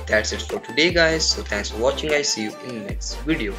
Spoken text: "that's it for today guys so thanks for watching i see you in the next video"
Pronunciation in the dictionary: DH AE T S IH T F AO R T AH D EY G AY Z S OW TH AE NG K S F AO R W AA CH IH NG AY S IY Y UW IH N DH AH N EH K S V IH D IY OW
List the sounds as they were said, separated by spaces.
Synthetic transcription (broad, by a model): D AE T S IH T F AO R T AH D EY G AY Z S OW T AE NG K S F AO R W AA CH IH NG AY S IY Y UW IH N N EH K S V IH D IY OW